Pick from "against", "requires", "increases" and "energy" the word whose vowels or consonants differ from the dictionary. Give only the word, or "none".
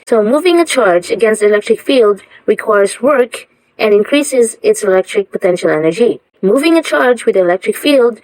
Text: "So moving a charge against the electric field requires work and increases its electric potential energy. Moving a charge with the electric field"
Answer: none